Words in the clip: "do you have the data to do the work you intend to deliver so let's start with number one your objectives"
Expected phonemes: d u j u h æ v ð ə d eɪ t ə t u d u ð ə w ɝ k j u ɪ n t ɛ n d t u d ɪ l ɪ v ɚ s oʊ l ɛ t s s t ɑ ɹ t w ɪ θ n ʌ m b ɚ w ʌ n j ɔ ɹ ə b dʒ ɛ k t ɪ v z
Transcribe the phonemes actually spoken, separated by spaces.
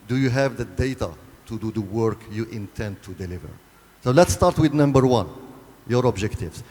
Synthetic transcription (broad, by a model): d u j u h æ v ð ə d eɪ t ə t u d u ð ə w ɝ k j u ɪ n t ɛ n d t u d ɪ l ɪ v ɚ s oʊ l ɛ t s s t ɑ ɹ t w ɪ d n ʌ m b ɚ w ʌ n j ɔ ɹ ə b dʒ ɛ k t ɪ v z